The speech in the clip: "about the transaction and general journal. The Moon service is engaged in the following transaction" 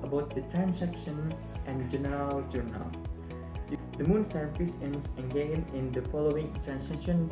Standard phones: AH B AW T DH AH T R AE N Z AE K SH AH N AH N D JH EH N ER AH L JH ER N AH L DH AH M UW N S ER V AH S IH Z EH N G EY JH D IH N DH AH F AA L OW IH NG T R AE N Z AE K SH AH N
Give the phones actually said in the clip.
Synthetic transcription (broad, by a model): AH B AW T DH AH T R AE N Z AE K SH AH N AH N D JH EH N ER AH L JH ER N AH L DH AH M UW N S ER F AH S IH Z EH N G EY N IH N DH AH F AA L OW IH NG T R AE N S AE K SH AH N